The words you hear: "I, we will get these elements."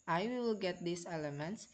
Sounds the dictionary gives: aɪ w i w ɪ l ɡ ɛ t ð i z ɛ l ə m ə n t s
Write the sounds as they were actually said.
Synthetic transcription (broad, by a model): aɪ w i w ɪ l ɡ ɛ t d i s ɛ l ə m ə n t s